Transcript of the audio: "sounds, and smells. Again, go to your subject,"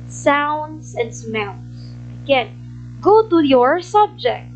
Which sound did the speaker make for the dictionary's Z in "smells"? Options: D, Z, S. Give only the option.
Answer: S